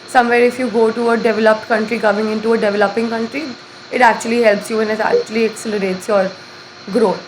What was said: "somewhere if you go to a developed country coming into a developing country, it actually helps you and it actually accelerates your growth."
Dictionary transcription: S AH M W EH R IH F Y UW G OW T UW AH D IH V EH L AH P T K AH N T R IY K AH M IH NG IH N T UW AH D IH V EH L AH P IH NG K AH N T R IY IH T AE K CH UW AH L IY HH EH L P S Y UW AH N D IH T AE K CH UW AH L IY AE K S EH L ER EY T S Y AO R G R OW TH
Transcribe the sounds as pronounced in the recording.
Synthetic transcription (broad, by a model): S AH M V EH R IH F Y UW G OW T UW AH D IH V EH L AH P T K AH N T R IY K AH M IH NG IH N T UW AH D IH V EH L AH P IH NG K AH N T R IY IH T AE K CH UW AH L IY HH EH L P S Y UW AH N IH T AE K CH UW AH L IY AE K S EH L ER EY T S Y AO R G R OW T